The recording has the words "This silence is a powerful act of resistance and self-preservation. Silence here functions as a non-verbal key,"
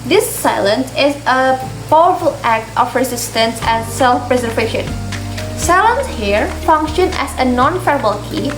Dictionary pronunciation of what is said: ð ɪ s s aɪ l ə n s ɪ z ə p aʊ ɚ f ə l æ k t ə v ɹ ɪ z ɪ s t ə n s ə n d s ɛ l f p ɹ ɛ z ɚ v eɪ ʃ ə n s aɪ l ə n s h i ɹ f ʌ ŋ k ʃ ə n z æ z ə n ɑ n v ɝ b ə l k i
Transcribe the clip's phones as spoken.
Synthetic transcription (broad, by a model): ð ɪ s s aɪ l ə n s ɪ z ə p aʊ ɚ f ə l æ k t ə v ɹ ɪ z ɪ s t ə n s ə n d s ɛ l f p ɹ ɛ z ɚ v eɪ ʃ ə n s aɪ l ə n s h i ɹ f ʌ ŋ k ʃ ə n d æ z ə n ɑ n f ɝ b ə l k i